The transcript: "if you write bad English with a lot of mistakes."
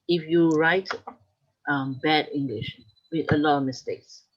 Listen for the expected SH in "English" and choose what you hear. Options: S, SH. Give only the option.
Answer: SH